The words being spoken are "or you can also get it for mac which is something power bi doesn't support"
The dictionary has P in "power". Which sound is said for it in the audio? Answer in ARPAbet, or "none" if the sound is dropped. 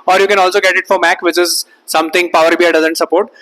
P